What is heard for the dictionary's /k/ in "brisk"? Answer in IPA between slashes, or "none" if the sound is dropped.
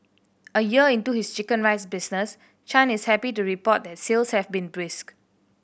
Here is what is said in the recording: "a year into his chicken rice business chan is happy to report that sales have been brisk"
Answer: /k/